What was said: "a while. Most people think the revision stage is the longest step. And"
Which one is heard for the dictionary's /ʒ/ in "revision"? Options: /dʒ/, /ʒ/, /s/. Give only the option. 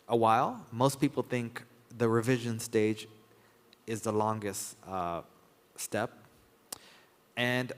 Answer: /ʒ/